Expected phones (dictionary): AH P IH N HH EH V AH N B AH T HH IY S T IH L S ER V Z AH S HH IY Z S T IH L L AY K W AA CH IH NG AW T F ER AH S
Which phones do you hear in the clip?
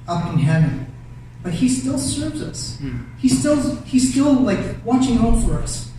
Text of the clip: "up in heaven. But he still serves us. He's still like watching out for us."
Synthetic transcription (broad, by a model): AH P IH N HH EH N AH B AH T HH IY S T IH L S ER V Z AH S HH IY Z S T IH L L AY K W AA CH IH NG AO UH F ER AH S